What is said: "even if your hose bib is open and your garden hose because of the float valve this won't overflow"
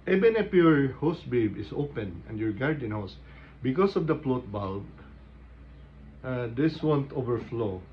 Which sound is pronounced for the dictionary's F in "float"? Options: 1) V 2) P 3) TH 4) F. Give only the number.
2